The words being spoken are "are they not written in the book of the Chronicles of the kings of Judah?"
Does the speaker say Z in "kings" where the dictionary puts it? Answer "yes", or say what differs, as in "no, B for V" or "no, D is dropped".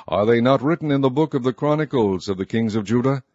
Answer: yes